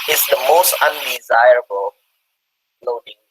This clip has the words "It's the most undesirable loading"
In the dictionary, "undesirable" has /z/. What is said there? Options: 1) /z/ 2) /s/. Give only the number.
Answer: 1